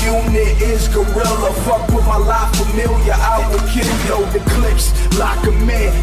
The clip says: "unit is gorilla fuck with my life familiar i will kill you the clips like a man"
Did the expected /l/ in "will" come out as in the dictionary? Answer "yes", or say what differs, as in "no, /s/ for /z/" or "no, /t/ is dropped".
no, /n/ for /l/